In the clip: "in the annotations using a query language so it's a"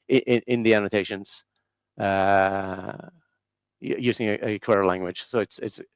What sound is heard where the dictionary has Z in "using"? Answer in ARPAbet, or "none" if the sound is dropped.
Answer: Z